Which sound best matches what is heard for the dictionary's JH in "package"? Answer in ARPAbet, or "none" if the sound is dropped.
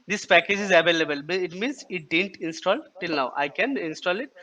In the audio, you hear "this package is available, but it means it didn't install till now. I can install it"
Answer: JH